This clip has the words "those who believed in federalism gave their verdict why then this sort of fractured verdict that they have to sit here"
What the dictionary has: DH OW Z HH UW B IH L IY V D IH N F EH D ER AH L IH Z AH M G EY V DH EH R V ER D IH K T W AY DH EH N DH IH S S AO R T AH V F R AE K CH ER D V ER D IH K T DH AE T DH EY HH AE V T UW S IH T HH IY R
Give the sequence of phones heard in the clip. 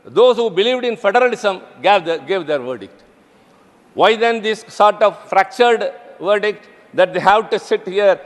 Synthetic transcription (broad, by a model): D OW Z HH UW B IH L IY V D IH N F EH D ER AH L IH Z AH M G EY V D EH R V ER D IH K T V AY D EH N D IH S S AO R T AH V F R AE K CH ER D V ER D IH K T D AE T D EY HH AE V T UW S IH T HH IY R